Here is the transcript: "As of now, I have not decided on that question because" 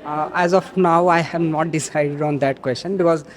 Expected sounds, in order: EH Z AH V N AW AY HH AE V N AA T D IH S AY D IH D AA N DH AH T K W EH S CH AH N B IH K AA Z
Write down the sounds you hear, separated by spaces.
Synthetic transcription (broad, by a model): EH Z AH F N AW AY HH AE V N AA T D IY S AY D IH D AA N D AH T K W EH S CH AH N B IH K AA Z